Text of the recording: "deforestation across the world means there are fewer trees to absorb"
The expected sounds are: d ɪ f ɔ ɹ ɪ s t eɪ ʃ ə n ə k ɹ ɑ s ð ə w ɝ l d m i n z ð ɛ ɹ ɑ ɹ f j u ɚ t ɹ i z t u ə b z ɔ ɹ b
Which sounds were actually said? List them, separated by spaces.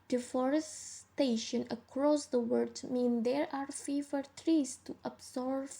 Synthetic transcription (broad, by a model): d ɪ f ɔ ɹ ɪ s t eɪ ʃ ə n ə k ɹ ɑ s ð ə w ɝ d m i n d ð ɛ ɹ ɑ ɹ f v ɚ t ɹ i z t u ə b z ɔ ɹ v